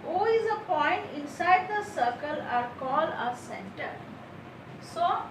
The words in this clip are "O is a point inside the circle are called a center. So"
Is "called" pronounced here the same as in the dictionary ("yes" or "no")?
no